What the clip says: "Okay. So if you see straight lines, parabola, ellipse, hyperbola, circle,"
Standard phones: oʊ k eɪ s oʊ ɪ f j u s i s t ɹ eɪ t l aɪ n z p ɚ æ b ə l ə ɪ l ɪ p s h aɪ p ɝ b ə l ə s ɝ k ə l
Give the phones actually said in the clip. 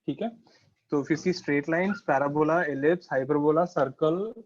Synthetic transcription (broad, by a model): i k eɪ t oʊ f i s i s t ɹ eɪ t l aɪ n s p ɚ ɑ b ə l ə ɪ l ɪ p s h aɪ p ɝ b ə l ə s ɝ k ə l